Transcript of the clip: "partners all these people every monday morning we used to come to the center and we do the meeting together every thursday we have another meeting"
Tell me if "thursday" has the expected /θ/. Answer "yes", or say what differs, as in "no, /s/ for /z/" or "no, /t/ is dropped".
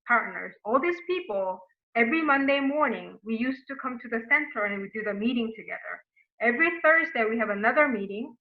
yes